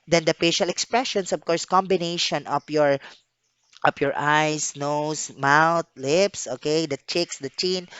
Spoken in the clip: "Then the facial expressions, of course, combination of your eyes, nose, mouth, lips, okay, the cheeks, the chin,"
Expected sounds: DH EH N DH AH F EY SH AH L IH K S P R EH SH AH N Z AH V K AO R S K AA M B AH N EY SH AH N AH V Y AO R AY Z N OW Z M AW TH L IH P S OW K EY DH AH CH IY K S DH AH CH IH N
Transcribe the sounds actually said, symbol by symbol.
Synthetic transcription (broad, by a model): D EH N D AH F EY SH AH L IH K S P R EH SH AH N S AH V K AO R S K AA M B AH N EY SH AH N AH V Y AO R AY S N OW S M AW T L IH P S OW K EY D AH CH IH K S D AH CH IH N